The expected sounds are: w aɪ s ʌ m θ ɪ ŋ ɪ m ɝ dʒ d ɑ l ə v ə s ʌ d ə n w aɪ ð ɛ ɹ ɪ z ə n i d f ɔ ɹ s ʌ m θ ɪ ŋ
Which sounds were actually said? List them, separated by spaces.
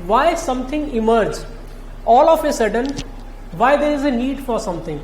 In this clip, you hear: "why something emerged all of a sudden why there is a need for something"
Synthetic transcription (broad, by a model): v aɪ s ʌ m t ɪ ŋ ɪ m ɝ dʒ ɑ l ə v ə s ʌ d ə n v aɪ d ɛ ɹ ɪ z ə n i d f ɔ ɹ s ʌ m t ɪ ŋ